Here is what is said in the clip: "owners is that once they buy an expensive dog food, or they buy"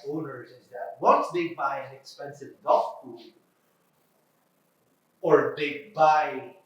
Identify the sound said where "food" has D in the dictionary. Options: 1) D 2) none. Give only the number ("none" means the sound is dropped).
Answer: 2